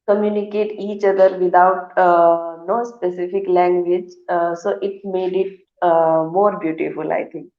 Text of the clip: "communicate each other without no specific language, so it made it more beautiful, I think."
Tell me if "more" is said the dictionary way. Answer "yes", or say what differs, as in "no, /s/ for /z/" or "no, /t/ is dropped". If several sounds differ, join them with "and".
yes